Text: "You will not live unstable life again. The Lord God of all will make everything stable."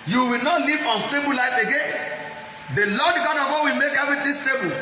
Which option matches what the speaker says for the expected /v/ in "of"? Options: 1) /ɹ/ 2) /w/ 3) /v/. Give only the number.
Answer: 2